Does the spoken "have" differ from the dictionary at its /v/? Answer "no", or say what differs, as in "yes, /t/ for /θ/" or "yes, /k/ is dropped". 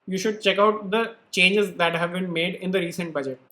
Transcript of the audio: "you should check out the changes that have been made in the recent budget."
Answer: no